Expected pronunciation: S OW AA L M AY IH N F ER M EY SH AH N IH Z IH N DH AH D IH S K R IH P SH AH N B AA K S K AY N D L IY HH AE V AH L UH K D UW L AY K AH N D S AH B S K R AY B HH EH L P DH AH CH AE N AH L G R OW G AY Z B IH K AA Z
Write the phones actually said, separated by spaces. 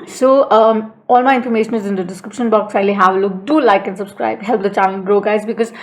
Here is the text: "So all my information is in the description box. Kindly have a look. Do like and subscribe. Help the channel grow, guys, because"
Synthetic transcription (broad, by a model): S OW AA L M AY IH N F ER M EY SH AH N IH Z IH N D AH D IH S K R IH P SH AH N B AA K S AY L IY HH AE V AH L UH K D UW L AY K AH N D S AH B S K R AY B HH EH L P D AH CH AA L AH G R OW G AY Z B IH K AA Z